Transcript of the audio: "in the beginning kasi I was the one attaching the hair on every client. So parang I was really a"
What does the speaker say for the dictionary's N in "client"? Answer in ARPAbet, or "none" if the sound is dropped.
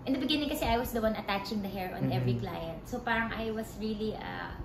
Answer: N